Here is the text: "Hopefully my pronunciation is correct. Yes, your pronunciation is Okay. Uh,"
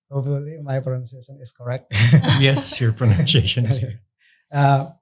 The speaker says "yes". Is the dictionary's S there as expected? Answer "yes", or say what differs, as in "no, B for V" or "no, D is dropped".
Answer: yes